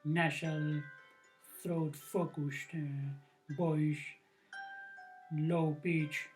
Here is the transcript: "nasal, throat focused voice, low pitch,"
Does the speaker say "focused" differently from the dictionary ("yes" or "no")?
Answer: yes